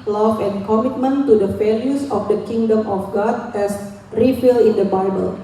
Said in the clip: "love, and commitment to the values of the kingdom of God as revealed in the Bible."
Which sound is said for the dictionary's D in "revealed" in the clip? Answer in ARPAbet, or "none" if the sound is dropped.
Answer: none